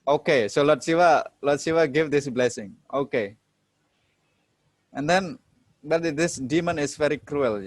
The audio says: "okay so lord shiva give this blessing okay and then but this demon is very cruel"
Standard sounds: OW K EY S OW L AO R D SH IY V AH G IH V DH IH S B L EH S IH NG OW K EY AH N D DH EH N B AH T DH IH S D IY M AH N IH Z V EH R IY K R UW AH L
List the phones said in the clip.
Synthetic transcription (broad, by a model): OW K EY S OW L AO L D S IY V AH G IH V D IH S B L EH S IH NG OW K EY AH N D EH N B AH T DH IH S D IY M AH N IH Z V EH R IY K R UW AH L